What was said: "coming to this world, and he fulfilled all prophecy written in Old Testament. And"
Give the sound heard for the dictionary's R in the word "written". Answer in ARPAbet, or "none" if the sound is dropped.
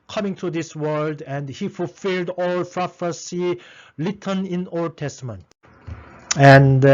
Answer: L